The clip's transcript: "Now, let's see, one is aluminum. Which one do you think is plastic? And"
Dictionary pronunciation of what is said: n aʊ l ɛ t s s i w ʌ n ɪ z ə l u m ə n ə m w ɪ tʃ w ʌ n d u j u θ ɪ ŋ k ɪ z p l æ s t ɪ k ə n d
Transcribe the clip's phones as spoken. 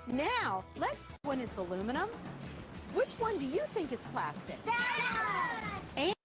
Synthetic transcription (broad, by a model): n aʊ l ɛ t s s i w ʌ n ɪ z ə l u m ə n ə m w ɪ tʃ w ʌ n d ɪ j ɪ θ ɪ ŋ k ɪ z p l æ s t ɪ k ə